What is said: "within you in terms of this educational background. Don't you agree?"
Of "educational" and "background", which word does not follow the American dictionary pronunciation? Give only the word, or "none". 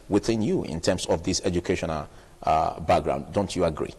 none